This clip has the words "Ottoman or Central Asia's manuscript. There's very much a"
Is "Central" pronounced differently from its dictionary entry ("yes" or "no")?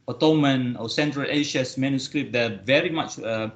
no